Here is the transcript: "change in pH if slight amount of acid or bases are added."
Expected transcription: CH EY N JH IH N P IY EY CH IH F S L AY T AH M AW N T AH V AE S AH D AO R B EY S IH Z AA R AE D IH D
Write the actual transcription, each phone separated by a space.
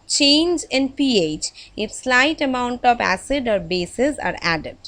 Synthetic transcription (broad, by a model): CH EY N JH IH N P IY EY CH IH F S L AY T AH M AW N T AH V AE S AH D AO R B EY S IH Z AA R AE D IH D